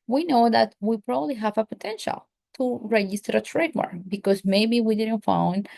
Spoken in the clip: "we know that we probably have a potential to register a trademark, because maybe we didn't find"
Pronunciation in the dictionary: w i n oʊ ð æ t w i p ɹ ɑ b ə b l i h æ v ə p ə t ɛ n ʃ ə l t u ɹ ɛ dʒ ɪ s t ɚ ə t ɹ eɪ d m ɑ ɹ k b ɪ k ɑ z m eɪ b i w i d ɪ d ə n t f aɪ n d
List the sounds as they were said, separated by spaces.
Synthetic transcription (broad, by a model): w i n oʊ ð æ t w i p ɹ ɑ b ə b l i h æ v ə p ə t ɛ n ʃ ə l t u ɹ ɛ dʒ ɪ s t ɚ ə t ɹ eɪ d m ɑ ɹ b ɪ k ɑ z m eɪ b i w i d ɪ d ə n t f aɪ n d